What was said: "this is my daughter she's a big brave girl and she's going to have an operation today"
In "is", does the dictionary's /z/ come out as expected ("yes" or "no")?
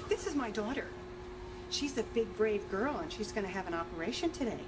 yes